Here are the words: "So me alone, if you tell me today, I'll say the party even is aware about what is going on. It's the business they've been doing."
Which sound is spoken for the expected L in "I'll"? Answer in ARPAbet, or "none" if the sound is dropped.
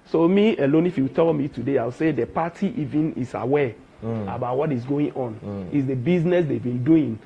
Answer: W